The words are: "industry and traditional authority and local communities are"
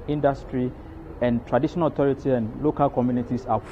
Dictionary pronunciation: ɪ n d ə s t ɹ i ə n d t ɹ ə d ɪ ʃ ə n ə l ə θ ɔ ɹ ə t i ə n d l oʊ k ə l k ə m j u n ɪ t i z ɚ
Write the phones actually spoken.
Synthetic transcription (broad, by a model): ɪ n d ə s t ɹ i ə n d t ɹ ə d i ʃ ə n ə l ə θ ɔ ɹ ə t i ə n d l oʊ k ə l k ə m j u n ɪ t i s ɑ